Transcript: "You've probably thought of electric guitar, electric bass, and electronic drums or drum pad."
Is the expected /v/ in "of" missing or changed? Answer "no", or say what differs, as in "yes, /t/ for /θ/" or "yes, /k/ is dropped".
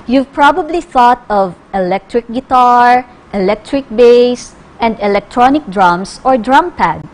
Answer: no